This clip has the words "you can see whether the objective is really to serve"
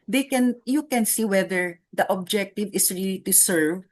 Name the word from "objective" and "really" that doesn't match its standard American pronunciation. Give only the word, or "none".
none